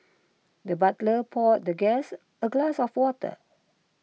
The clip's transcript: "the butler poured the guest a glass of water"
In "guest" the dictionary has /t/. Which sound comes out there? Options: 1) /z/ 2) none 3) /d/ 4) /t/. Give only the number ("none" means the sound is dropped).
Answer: 2